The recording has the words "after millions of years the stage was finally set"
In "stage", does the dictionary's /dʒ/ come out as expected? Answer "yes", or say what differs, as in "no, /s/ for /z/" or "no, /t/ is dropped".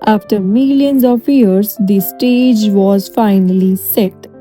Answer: yes